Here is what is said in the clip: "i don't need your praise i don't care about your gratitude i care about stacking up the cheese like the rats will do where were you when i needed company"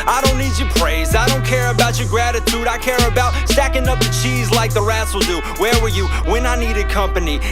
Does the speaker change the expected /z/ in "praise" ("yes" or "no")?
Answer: no